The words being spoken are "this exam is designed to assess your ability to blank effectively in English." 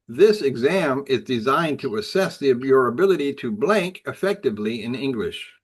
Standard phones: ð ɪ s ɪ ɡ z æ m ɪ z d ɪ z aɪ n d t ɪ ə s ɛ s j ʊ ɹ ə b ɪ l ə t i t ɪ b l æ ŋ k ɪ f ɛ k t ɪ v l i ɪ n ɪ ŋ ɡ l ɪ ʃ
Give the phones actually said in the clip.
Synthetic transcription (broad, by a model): ð ɪ s ɪ ɡ z æ m ɪ z d ɪ z aɪ n t ɪ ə s ɛ s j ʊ ɹ ə b ɪ l ə t i t ɪ b l æ ŋ k ɪ f ɛ k t ɪ v l i ɪ n ɪ ŋ ɡ l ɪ ʃ